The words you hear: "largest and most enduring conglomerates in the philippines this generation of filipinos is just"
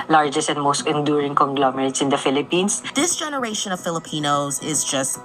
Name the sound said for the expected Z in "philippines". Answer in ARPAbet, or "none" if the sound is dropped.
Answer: S